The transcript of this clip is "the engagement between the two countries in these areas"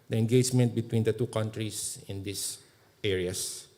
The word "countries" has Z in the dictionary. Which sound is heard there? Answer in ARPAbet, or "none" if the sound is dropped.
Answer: S